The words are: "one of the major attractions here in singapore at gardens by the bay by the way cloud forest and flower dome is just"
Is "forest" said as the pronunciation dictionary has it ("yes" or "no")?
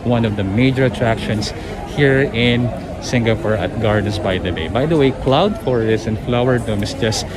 no